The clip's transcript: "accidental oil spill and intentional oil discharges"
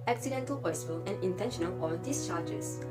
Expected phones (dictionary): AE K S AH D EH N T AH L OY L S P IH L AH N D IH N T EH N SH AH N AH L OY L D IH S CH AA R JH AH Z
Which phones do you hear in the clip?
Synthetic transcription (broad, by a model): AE K S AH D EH N T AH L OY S F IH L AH N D IH N T EH N SH AH N AH L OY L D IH S CH AA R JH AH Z